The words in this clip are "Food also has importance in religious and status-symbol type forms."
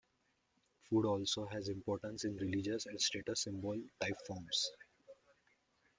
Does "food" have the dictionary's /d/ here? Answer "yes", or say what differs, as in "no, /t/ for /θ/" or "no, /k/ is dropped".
yes